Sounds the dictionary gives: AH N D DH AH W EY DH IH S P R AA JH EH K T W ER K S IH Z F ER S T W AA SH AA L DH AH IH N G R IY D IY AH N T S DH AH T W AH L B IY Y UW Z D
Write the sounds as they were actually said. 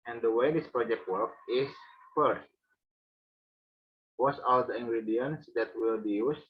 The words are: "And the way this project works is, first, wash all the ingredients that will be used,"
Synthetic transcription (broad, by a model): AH N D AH W EY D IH S P R AA JH EH K T W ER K IH S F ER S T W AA S AA L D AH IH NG G R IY D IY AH N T S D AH T W AH L B IY Y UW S